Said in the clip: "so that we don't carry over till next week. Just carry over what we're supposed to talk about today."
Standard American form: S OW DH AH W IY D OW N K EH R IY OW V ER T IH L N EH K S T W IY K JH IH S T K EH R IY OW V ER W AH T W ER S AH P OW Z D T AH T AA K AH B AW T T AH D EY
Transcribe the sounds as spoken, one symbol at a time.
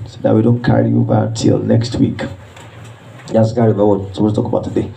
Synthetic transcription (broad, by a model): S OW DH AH W IY D OW N K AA R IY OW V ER T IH L N EH K S T W IY K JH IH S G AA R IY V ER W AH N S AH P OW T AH T AA K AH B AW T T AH D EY